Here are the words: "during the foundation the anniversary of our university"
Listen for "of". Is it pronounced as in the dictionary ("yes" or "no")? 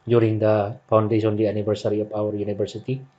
no